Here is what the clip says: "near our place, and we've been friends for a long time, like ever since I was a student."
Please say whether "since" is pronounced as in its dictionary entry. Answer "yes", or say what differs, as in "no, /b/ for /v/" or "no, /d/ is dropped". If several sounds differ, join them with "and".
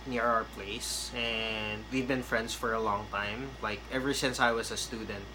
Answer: yes